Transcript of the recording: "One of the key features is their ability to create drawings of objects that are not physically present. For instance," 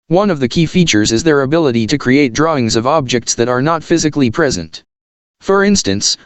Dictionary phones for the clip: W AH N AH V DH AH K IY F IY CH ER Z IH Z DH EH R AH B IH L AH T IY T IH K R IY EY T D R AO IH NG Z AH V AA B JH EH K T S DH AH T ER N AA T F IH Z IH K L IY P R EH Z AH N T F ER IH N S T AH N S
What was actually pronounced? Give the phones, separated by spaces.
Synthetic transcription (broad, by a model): W AH N AH V DH AH K IY F IY CH ER Z IH Z DH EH R AH B IH L AH T IY T IH K R IY EY T D R AO IH NG Z AH V AA B JH EH K T S DH AH T ER N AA T F IH Z IH K L IY P R EH Z AH N T F ER IH N S T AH N S